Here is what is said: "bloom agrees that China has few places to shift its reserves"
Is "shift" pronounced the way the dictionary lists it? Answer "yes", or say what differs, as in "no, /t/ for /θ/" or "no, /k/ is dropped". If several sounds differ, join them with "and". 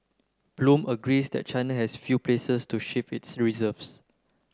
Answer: no, /t/ is dropped